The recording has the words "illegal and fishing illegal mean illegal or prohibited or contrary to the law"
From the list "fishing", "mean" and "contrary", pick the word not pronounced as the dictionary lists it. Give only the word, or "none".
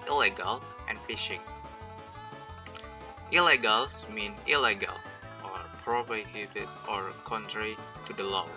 none